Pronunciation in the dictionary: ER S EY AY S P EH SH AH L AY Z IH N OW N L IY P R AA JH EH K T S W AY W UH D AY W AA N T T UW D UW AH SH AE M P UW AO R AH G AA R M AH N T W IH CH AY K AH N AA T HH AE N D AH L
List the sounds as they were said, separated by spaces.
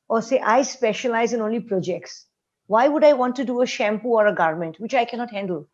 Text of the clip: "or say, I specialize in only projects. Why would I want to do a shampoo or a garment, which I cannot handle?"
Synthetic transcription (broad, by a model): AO S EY AY S P EH SH AH L AY Z IH N OW N L IY P R AA JH EH K T S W AY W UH D AY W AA N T T UW D UW AH SH AE M P UW AO R AH G AA R M AH N T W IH CH AY K AH N AA T HH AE N D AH L